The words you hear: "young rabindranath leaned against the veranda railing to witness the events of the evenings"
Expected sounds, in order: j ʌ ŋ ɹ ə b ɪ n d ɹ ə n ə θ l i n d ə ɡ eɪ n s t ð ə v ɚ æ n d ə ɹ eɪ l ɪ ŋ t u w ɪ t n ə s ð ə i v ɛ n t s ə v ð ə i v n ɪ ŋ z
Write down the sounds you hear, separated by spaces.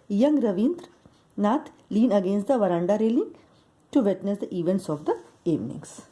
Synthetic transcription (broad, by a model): j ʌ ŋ ɹ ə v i n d ɹ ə n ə t l i n ə ɡ eɪ n s t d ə v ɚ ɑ n d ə ɹ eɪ l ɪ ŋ t u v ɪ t n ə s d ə i v ɛ n t s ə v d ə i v n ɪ ŋ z